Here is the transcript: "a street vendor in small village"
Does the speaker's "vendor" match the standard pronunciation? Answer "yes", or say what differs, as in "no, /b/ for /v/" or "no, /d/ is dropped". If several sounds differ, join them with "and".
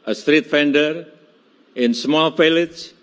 no, /f/ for /v/